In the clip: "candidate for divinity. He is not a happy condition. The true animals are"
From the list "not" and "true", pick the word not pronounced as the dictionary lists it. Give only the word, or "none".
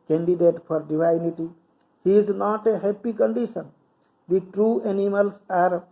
none